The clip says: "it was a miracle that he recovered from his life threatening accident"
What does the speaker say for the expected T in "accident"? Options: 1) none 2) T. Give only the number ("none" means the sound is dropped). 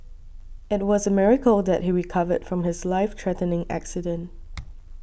2